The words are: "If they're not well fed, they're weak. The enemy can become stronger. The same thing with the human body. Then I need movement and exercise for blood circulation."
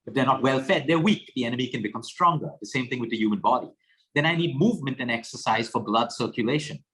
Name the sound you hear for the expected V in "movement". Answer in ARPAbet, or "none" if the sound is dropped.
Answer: V